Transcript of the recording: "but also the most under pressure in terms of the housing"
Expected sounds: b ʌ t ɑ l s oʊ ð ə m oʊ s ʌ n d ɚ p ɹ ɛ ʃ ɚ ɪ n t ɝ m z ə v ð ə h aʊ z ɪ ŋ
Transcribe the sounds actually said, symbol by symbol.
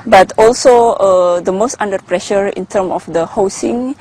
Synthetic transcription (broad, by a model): b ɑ t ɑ l s oʊ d ə m oʊ s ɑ n d ɚ p ɹ ɛ ʃ ɚ ɪ n t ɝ m ə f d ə h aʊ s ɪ ŋ